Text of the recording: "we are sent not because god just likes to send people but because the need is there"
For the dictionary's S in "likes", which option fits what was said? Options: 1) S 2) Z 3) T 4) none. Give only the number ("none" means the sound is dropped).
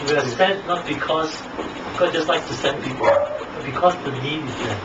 4